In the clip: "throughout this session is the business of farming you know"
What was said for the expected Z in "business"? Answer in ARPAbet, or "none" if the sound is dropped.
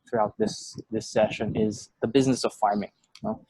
Z